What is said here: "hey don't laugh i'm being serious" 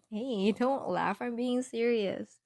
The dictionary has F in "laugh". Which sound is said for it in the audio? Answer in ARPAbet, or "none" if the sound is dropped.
F